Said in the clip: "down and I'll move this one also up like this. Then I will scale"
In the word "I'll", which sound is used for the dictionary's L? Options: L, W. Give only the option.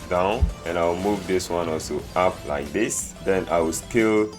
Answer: W